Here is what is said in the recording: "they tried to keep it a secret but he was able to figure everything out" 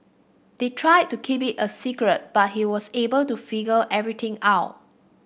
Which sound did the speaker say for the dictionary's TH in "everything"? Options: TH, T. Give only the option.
T